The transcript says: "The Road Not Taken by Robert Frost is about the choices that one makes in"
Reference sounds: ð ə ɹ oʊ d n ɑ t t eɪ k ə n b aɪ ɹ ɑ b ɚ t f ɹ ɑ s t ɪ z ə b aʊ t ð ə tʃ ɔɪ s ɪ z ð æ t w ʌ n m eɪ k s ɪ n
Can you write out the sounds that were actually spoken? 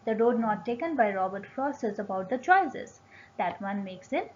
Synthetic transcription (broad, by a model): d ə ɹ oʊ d n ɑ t t eɪ k ə n b aɪ ɹ ɑ b ɚ t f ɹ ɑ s ɪ z ə b aʊ t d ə tʃ ɔɪ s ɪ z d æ t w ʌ n m eɪ k s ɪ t